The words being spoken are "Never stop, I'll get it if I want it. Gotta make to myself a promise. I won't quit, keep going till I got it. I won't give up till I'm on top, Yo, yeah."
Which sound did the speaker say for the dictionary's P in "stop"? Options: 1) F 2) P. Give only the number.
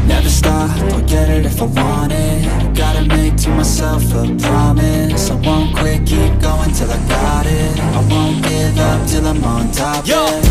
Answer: 1